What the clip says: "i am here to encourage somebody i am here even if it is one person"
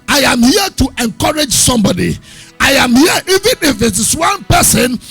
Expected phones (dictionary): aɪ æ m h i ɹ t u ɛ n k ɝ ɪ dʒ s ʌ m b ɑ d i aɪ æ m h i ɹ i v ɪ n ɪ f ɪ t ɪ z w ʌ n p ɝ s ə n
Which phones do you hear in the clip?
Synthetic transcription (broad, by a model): aɪ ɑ m h i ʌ t u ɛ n k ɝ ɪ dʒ s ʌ m b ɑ d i aɪ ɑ m h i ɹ i v ɪ n ɪ f ɪ t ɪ s w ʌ n p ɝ s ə n